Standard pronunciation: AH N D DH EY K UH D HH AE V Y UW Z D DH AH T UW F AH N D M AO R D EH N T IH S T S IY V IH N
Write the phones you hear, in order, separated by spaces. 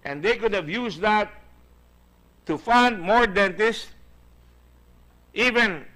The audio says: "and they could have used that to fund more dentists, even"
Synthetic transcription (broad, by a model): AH N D EY K UH D HH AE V Y UW S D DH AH T UW F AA N D M AO R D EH N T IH S T IY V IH N